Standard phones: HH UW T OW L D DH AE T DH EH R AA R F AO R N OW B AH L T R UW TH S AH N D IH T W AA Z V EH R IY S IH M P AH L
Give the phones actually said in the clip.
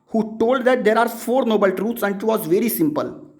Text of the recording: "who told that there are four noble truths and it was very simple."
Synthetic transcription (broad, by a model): HH UW T OW L D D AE T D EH R AA R F AO R N OW B AH L T R UW T S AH N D IH T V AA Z V EH R IY S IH M P AH L